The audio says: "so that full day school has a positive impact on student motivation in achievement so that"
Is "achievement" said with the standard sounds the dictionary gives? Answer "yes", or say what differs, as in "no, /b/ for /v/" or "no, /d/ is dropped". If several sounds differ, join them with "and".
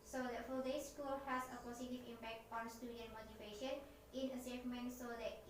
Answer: no, /s/ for /tʃ/